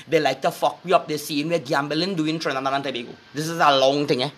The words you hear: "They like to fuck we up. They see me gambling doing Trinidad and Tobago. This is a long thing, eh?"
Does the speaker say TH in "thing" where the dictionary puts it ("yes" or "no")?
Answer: no